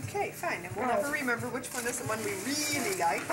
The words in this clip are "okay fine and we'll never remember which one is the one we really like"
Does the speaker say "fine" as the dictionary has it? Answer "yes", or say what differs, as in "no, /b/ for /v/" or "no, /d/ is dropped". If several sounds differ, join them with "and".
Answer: yes